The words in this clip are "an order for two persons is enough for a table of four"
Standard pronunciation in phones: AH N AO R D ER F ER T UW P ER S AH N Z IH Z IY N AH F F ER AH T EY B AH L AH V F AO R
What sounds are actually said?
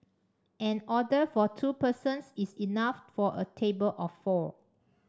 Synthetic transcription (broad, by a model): AH N AO D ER F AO T UW P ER S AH N S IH S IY N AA F F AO AH T EY B AH L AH F AO